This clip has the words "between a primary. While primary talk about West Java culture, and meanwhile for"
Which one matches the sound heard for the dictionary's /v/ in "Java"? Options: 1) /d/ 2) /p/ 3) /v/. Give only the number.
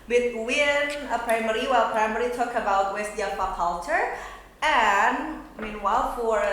2